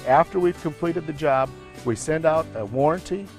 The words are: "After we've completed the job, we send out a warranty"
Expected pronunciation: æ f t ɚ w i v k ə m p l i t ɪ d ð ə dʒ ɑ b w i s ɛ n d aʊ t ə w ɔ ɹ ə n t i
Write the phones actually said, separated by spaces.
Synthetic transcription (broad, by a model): æ f t ɚ w i v k ə m p l i t ɪ d ð ə dʒ ɑ b w i s ɛ n d aʊ t ə w ɔ ɹ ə n t i